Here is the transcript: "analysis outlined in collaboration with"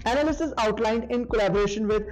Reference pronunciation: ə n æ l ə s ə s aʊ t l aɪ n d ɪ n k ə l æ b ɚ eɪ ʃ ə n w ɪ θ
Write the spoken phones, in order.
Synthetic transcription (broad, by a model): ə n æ l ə s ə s aʊ t l aɪ n d ɪ n k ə l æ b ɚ eɪ ʃ ə n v ɪ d